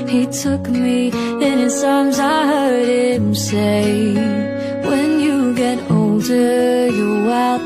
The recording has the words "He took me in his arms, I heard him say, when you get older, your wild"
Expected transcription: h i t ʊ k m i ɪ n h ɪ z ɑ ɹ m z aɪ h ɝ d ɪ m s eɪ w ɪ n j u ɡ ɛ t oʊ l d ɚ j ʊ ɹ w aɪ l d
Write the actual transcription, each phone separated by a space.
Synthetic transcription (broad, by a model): h i t ʊ k m i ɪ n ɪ s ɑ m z aɪ h ɝ d ɪ m s eɪ w ɪ n j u ɡ ɛ t oʊ l d ɚ j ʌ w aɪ